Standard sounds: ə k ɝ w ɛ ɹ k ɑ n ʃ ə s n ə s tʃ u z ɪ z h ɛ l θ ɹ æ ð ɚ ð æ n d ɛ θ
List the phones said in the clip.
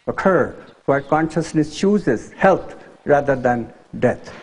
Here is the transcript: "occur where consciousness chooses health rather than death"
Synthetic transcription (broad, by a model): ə k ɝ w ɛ k ɑ n ʃ ə s n ə s tʃ u z ɪ z h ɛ l t ɹ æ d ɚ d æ n d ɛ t